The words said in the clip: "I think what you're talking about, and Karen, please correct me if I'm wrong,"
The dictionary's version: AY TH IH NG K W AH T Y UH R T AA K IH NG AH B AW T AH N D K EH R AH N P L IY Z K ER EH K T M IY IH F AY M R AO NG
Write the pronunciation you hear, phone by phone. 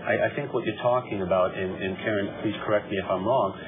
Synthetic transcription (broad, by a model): AY TH IH NG K W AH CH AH R T AA K IH NG AH B AW T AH N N K EH R AH N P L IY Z K ER EH K T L IY IH F AY M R AO NG